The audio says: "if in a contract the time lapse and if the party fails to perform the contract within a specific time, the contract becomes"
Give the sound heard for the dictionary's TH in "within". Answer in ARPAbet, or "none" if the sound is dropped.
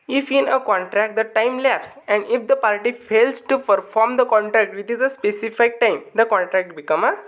T